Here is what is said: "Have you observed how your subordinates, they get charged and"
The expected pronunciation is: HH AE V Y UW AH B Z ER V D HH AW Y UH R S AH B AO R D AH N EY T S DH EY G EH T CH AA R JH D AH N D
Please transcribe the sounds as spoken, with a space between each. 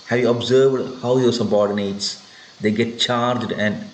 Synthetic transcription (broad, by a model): HH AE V Y UW AH B Z ER V D HH AW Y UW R S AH B AO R D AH N EY T S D EY G EH T CH AA R JH D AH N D